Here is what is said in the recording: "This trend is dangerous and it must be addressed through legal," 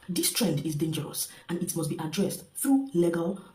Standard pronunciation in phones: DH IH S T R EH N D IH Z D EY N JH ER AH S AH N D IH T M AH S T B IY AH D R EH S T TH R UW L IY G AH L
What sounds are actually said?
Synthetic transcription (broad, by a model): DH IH S T R EH N D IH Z D EY N JH ER AH S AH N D IH T M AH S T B IY AH D R EH S T TH R UW L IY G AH L